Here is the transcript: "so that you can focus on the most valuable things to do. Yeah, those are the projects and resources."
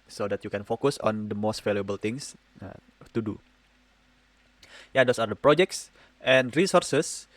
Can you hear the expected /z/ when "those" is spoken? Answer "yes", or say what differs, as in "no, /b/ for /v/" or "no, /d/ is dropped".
no, /s/ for /z/